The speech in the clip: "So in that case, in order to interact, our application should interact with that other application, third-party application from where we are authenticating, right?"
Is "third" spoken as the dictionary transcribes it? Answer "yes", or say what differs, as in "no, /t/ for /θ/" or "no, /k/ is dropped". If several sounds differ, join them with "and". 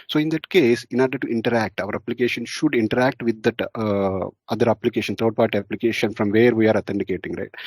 no, /t/ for /θ/